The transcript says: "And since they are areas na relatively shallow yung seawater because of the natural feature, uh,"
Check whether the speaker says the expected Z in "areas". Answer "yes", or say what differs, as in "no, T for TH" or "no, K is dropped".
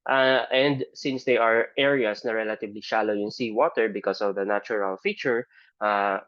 no, S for Z